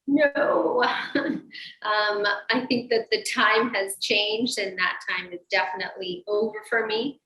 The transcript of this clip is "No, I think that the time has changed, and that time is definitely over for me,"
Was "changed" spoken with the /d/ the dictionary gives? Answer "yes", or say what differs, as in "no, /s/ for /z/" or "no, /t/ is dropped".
yes